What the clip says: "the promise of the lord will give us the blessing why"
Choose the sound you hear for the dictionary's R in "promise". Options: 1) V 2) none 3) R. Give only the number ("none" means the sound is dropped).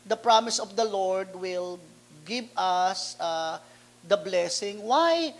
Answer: 3